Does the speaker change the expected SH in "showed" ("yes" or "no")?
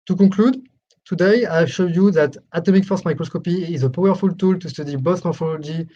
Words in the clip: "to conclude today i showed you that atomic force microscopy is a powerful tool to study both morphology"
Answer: no